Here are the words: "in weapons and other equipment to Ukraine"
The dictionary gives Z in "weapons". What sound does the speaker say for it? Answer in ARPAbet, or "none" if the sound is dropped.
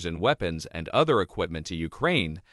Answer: Z